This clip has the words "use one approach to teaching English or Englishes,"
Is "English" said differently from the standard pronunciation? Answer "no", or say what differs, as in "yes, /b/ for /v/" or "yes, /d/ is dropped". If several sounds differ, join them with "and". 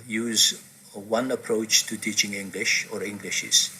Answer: no